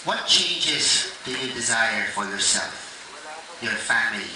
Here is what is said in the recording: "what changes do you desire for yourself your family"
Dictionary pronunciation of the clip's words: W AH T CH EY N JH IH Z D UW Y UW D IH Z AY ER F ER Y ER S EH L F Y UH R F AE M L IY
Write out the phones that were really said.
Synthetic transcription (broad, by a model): W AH T CH EY N JH IH Z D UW Y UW D IH Z AY ER F ER Y ER S EH L F Y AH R F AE M L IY